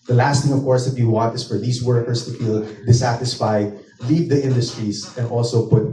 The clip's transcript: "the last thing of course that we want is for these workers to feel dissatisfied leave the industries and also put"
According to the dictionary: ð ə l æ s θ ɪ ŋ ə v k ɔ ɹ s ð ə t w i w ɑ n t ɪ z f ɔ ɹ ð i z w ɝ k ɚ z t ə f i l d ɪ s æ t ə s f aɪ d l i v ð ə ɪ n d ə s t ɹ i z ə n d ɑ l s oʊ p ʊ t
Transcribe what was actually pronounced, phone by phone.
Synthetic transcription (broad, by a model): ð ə l æ s t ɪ ŋ ə v k ɔ ɹ s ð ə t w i w ɑ n t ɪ s f ɔ ɹ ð i s w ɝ k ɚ s t ə f i l d ɪ s æ t ə s f aɪ d l i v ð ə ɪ n d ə s t ɹ i s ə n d ɑ l s oʊ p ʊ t